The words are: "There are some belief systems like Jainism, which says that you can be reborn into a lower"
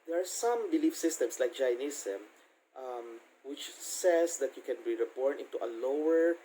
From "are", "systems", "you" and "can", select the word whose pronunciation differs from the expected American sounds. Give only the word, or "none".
systems